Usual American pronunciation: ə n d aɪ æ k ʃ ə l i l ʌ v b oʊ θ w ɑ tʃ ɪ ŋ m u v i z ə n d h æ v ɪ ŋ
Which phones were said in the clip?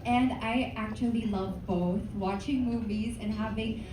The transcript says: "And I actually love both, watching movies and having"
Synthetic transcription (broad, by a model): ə n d aɪ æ k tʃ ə l i l ʌ v b oʊ θ w ɑ tʃ ɪ ŋ m u v i z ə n h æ v ɪ ŋ